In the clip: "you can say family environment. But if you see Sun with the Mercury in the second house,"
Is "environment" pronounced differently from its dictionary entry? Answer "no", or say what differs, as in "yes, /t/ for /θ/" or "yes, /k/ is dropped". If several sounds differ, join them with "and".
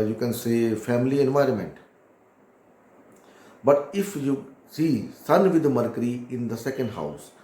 no